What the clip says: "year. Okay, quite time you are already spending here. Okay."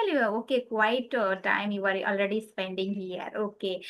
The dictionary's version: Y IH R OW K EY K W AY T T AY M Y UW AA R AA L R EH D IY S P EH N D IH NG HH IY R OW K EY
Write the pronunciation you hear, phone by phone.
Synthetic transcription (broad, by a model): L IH OW K EY K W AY T T AY M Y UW AA R AA L R EH D IY S P EH N D IH NG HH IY R OW K EY